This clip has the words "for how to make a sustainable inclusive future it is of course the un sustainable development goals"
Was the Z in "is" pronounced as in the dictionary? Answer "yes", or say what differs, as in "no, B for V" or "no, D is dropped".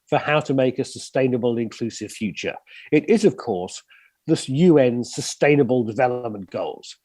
yes